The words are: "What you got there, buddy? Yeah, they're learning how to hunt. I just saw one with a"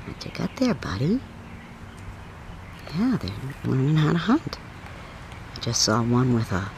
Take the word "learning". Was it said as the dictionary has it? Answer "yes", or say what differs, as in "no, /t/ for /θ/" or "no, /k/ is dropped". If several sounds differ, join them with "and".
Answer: no, /w/ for /l/